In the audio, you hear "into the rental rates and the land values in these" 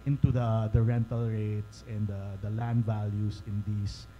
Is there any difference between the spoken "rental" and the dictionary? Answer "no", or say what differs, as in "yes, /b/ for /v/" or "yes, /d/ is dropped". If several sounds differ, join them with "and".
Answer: no